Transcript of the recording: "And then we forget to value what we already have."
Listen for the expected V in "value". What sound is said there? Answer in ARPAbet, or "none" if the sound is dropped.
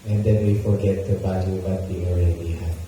B